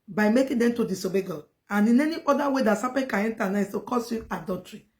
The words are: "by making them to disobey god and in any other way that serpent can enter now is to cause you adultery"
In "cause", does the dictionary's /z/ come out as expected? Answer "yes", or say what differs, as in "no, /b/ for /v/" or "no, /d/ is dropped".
no, /s/ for /z/